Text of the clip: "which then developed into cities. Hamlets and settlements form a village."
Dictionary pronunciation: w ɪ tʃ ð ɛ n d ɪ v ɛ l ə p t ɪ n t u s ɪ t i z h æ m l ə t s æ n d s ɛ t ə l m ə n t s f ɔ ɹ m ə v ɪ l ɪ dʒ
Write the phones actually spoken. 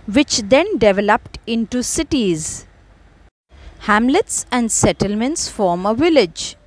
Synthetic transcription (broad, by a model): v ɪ tʃ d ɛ n d ɪ v ɛ l ə p t ɪ n t u s ɪ t i z h æ m l ə t s æ n d s ɛ t ə l m ə n t s f ɔ ɹ m ə v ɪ l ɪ dʒ